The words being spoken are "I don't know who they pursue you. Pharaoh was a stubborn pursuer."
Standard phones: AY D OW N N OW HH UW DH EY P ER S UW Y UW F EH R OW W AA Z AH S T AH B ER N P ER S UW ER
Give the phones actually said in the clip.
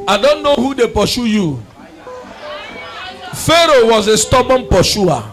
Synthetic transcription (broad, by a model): AY D OW N N OW HH UW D EY P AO SH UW Y UW F EH R OW W AA Z AH S T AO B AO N P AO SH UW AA